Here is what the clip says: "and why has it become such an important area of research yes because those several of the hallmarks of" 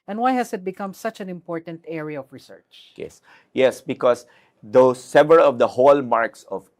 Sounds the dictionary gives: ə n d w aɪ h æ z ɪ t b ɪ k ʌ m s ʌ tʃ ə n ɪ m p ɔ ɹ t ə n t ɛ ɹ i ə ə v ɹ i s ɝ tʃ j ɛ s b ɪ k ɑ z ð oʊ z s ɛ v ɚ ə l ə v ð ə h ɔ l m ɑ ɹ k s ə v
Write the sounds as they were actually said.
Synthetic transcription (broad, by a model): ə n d w aɪ h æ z ɪ t b ɪ k ʌ m s ʌ tʃ ə n ɪ m p ɔ ɹ t ə n t ɛ ɹ i ə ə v ɹ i s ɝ tʃ j ɛ s b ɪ k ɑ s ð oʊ s ɛ v ɚ ə l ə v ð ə h ɔ l m ɑ ɹ k s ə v